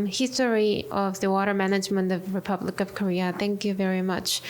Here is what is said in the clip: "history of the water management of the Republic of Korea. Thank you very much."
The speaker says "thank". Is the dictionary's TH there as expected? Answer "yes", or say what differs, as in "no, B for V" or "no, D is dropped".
yes